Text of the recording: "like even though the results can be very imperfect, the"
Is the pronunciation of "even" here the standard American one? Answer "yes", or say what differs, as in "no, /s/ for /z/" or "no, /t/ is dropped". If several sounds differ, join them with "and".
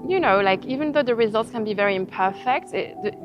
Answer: yes